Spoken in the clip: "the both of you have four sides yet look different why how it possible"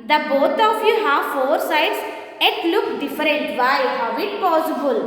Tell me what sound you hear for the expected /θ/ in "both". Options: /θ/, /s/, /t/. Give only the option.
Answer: /t/